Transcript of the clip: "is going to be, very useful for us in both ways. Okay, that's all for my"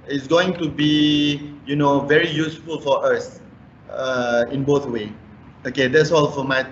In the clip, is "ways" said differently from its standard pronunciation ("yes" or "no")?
yes